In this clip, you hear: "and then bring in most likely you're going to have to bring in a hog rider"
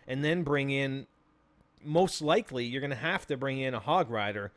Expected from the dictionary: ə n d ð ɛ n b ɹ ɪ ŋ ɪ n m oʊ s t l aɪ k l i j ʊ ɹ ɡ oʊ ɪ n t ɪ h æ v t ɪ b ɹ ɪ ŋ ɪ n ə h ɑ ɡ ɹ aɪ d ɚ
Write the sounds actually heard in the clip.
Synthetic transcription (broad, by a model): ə n ð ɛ n b ɹ ɪ ŋ ɪ n m oʊ s t l aɪ k l i j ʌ ɹ ɡ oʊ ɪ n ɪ h æ f t ɪ b ɹ ɪ ŋ ɪ n ə h ɑ ɡ ɹ aɪ d ɚ